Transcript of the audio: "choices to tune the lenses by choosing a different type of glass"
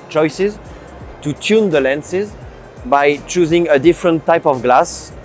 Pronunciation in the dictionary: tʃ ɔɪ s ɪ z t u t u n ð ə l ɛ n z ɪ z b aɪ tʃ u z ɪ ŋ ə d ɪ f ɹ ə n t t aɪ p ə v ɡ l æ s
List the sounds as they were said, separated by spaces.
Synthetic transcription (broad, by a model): tʃ ɔɪ s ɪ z t u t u n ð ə l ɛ n s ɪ z b aɪ tʃ u z ɪ ŋ ə d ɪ f ɹ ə n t t aɪ p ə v ɡ l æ s